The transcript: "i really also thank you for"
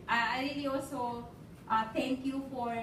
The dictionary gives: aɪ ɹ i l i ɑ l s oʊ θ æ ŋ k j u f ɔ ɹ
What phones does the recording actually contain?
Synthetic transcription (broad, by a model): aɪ ɹ i l i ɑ l s oʊ t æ ŋ k j u f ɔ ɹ